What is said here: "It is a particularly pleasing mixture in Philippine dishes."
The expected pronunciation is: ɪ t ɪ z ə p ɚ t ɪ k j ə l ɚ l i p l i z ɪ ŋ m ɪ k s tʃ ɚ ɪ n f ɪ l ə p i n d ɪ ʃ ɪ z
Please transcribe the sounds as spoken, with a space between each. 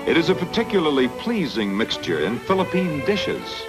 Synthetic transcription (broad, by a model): ɪ t ɪ z ə p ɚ t ɪ k j l ɚ l i p l i z ɪ ŋ m ɪ k s tʃ ɚ ɪ n f ɪ l ə p i n d ɪ ʃ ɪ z